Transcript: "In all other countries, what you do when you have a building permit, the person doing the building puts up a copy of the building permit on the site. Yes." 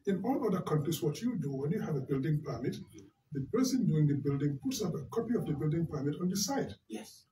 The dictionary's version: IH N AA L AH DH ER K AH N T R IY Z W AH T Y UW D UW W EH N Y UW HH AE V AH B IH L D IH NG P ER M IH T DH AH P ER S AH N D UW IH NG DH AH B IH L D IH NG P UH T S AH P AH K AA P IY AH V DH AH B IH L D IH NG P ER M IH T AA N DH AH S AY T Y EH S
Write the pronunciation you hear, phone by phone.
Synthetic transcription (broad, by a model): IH N AA L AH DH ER K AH N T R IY S W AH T Y UW D UW W EH N Y UW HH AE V AH B IH L D IH NG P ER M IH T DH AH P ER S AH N D UW IH NG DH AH B IH L D IH NG P UH T S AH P AH K AA P IY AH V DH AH B IH L D IH NG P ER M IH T AA N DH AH S AY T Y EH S